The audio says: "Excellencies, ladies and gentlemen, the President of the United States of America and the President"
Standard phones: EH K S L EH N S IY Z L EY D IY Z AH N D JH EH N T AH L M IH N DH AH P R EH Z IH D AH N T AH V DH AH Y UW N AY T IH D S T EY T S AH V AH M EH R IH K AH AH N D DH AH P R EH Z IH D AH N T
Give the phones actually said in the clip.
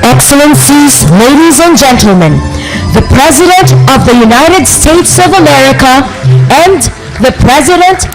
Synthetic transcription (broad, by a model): EH K S L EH N S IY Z L EY D IY Z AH N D JH EH N T L M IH N DH AH P R EH Z IH D AH N T AH V DH AH Y UW N AY T IH D S T EY T S AH V AH M EH R IH K AH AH N DH AH P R EH Z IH D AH N T